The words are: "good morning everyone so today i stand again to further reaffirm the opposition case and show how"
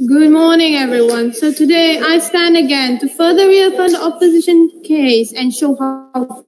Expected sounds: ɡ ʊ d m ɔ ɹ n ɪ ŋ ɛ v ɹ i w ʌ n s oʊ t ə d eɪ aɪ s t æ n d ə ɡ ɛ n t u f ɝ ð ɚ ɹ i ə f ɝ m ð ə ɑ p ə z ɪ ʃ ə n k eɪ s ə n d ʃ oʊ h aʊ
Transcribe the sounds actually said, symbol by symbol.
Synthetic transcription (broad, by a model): ɡ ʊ d m ɔ n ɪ ŋ ɛ v ɹ i w ʌ n s oʊ t ə d eɪ aɪ s t æ n d ə ɡ ɛ n t u f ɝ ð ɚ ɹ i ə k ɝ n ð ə ɑ p ə z ɪ ʃ ə n k eɪ s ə n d ʃ oʊ h aʊ